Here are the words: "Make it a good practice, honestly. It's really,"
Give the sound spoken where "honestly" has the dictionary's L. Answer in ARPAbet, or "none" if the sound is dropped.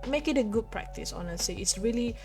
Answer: none